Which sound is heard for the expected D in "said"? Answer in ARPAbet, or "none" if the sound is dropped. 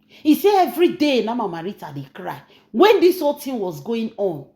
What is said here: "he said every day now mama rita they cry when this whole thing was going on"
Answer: none